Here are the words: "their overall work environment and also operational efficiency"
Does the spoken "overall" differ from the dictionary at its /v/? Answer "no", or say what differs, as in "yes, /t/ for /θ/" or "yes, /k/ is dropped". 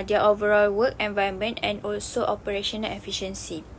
no